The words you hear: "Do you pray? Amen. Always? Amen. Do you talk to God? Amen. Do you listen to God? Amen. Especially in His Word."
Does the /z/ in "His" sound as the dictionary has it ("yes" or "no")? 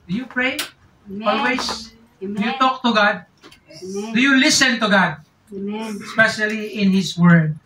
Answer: no